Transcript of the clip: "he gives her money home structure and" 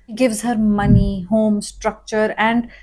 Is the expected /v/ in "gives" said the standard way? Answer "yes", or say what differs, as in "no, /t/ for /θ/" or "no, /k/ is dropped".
yes